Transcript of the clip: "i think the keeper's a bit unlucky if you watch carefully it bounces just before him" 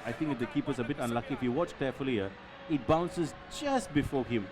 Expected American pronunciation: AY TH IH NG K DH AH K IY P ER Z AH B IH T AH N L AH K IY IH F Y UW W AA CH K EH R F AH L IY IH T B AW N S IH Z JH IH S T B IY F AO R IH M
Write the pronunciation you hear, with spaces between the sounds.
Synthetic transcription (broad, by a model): AY T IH NG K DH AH K IY P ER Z AH B IH T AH N L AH K IY IH F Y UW W AA CH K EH F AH L IY IH T B AW N S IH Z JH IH S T B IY F AO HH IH M